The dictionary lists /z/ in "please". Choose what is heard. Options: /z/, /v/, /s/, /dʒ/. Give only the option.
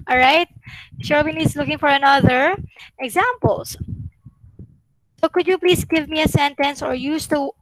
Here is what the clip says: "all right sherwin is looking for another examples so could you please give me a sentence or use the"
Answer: /s/